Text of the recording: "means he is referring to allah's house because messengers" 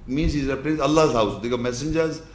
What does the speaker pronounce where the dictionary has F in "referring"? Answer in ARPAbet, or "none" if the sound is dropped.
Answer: P